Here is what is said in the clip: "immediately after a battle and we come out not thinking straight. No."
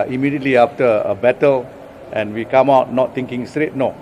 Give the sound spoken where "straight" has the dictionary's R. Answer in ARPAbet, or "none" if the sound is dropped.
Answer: R